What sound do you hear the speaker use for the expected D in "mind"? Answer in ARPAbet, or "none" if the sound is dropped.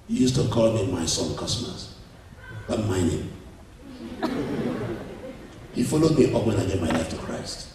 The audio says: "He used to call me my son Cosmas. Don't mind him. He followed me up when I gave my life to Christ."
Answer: none